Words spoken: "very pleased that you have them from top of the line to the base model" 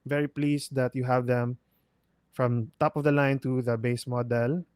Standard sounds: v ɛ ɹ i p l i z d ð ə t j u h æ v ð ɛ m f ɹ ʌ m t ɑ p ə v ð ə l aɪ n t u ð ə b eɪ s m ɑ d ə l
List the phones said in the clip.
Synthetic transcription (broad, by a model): v ɛ ɹ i p l i s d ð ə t j u h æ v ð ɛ m f ɹ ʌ m t ɑ p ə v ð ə l aɪ n t u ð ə b eɪ s m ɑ d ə l